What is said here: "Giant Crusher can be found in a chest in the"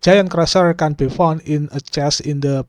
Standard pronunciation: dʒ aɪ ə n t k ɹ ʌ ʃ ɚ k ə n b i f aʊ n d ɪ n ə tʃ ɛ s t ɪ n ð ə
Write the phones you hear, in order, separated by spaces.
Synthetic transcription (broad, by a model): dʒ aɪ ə n k ɹ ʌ s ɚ k ə n b i f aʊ n ɪ n ə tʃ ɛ s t ɪ n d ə